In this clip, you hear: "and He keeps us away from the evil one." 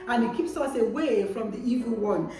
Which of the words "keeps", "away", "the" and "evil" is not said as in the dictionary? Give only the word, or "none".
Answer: none